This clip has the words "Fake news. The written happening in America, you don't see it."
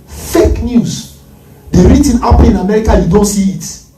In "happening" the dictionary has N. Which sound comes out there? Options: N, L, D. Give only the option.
L